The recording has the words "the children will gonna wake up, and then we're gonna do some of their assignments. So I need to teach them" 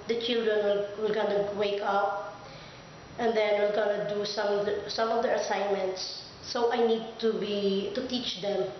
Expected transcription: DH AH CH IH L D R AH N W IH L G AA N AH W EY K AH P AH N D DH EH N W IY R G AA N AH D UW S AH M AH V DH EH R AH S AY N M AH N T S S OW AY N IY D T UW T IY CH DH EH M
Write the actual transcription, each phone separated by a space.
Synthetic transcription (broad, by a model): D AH CH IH L D R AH N W IH L G AA N AH W EY K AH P AH N D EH N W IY L G AA N AH D UW S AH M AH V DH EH R AH S AY N M AH N T S S OW AY N IY D T UW T IY CH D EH M